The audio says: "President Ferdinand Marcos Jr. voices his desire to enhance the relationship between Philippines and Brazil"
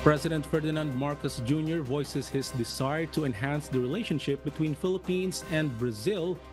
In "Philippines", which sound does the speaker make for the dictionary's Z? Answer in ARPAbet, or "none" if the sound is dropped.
S